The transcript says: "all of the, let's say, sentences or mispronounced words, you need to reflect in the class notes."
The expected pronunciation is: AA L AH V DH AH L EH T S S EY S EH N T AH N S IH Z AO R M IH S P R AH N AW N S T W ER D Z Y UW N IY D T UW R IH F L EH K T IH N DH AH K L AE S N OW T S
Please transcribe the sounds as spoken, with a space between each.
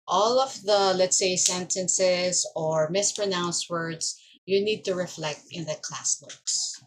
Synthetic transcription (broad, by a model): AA L AH V DH AH L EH T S S EY S EH N T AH N S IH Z AO R M IH S P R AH N AW N S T W ER D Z Y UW N IY D T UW R IH F L EH K T IH N DH AH K L AE S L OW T S